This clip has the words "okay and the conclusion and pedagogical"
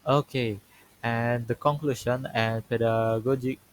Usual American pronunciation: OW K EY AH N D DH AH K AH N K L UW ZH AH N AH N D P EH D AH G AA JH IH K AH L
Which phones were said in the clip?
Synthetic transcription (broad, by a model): OW K EY AH N D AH K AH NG K L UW SH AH N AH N P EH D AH G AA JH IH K